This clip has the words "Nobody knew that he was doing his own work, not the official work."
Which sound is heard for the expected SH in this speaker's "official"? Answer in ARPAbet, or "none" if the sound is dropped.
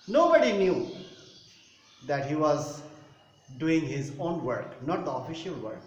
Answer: SH